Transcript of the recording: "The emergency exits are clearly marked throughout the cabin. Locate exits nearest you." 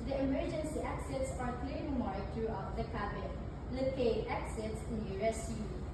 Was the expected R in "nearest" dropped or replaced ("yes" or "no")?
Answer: yes